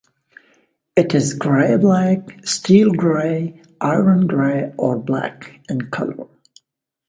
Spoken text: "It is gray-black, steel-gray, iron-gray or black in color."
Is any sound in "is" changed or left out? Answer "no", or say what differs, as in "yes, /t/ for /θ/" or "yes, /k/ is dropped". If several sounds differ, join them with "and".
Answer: no